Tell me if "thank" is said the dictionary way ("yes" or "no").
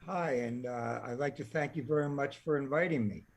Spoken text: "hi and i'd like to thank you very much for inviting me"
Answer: yes